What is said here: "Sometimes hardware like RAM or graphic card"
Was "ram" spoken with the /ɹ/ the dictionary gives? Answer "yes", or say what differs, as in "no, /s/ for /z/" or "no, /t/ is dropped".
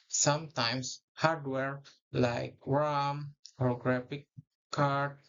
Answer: no, /w/ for /ɹ/